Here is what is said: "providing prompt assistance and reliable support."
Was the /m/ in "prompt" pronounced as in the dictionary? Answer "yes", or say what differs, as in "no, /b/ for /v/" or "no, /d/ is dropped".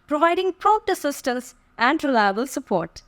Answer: no, /m/ is dropped